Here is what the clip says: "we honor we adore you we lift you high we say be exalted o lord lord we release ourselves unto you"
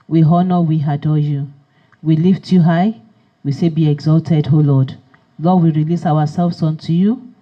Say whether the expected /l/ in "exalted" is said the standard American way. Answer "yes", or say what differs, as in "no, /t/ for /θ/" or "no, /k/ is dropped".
yes